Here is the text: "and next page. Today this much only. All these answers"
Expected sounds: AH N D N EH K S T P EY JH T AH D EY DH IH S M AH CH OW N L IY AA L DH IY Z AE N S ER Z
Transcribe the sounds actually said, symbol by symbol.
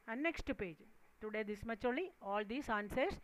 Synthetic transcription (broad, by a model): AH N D N EH K S T P EY JH T AH D EY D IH S M AH CH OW L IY AA L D IY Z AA N S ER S